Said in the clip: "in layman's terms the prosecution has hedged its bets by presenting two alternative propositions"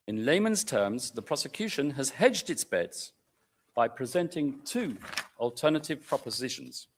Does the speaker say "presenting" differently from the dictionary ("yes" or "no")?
no